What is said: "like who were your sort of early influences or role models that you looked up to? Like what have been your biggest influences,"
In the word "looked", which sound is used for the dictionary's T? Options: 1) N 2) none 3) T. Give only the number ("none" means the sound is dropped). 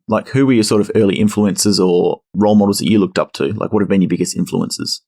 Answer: 3